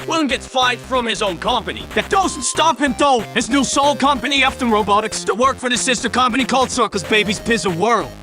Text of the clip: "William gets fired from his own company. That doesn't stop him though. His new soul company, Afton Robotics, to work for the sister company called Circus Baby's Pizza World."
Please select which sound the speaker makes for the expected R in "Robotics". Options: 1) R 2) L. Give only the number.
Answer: 1